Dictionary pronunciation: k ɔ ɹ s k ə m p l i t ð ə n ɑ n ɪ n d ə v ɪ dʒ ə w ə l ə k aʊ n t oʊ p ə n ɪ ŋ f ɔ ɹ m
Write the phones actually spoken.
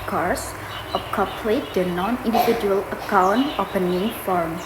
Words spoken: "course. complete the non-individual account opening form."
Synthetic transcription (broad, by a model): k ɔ ɹ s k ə p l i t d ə n ɑ n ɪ n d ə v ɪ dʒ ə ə l ə k aʊ n t oʊ p ə n ɪ ŋ f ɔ ɹ m